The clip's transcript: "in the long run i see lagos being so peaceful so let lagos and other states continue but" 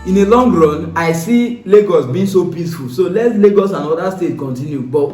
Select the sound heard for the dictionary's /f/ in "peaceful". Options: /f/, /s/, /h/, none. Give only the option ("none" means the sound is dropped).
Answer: /f/